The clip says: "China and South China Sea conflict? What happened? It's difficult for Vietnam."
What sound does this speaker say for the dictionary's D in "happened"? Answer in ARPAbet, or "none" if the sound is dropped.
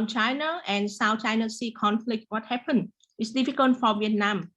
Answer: none